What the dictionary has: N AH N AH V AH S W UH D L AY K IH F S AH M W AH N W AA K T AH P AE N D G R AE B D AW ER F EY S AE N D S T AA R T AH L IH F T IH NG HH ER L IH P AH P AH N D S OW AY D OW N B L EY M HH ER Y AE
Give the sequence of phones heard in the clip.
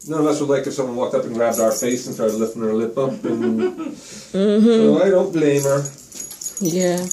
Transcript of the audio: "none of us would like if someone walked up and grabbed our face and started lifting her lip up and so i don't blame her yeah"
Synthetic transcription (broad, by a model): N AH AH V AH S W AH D L AY K IH F S AH M W AH N W AA K T AH P N G R AE B D AW ER F EY S N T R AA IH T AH L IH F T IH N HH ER L IH P AH P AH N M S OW AY D OW N B L EY M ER Y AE